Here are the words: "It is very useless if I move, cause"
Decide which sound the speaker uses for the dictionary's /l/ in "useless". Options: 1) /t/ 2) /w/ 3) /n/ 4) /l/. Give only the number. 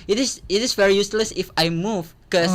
4